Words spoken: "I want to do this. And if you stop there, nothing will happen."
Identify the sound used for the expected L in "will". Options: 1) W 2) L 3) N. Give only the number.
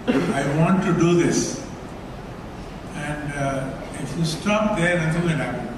3